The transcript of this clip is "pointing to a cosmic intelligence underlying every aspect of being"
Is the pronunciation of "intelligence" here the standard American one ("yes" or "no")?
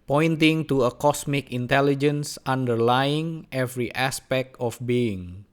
yes